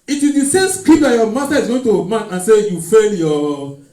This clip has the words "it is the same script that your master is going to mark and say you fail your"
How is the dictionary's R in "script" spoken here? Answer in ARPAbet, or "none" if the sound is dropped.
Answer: none